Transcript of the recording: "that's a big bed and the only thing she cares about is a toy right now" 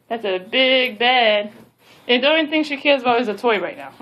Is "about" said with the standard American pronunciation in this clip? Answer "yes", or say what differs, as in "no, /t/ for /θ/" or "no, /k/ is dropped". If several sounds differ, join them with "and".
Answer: no, /t/ is dropped